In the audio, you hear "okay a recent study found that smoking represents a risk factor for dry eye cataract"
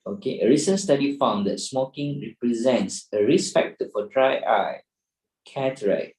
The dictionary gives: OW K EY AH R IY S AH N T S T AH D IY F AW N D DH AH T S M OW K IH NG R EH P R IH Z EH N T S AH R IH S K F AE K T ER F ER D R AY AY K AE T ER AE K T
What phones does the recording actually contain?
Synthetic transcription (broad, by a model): OW K EY AH R IY S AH N S T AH D IY F AW N D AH T S M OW K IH NG R EH P R IH Z EH N T S AH R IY S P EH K T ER F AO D R AY AY K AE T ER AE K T